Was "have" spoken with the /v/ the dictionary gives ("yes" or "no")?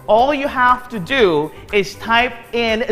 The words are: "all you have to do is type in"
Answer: no